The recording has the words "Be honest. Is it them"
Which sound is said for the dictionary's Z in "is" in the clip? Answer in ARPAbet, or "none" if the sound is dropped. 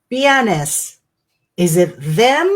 Z